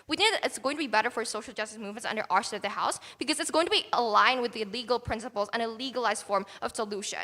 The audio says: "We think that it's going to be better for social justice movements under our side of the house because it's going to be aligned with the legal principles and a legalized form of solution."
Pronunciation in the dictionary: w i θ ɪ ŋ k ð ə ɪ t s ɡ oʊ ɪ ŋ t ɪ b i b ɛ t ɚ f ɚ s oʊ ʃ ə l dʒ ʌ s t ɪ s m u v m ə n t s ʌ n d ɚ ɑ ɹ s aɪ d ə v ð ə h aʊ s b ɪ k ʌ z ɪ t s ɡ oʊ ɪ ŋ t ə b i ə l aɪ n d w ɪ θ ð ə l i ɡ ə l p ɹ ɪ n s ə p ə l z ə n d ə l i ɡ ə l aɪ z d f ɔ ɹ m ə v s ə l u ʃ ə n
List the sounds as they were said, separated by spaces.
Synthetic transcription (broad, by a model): w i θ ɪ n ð ɪ t s ɡ oʊ ɪ ŋ t ɪ b i b ɛ t ɚ f ɚ s oʊ ʃ l dʒ ʌ s t ɪ s m u v m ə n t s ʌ n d ɚ ɑ ɹ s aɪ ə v ð ə h aʊ s b ɪ k ʌ z ɪ t s ɡ oʊ ɪ ŋ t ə b i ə l aɪ n w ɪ ð ə l i ɡ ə l p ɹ ɪ n s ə p l z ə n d ə l i ɡ ə l aɪ z d f ɔ ɹ m ə v s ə l u ʃ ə n